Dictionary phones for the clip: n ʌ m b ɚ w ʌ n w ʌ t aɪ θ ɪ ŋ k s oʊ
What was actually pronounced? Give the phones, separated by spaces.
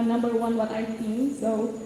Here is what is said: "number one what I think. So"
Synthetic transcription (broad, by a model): n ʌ m b ɚ w ʌ n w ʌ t aɪ s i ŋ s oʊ